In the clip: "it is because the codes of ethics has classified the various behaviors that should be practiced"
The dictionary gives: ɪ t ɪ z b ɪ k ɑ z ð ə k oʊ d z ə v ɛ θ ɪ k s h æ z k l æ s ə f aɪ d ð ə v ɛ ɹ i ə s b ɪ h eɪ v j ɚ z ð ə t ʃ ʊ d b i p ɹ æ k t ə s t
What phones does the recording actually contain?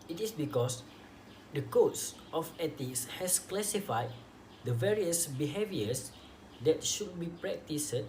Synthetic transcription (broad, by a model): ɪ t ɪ s b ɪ k ɑ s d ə k oʊ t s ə f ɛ t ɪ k s h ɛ s k l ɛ s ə f aɪ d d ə v ɛ ɹ i ə s b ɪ h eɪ v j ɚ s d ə t ʃ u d b i p ɹ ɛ k t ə s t